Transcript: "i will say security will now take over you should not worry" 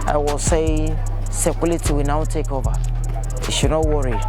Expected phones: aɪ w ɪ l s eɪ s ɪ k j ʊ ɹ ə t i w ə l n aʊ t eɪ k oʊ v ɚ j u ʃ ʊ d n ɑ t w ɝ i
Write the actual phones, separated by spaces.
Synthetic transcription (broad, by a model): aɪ w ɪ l s eɪ s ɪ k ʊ l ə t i w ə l n aʊ t eɪ k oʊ v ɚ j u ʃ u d n ɑ t w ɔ i